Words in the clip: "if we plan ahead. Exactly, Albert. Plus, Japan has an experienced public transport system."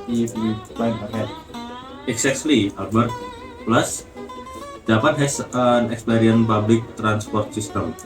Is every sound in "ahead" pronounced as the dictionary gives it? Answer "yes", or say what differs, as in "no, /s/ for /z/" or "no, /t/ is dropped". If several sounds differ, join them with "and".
no, /d/ is dropped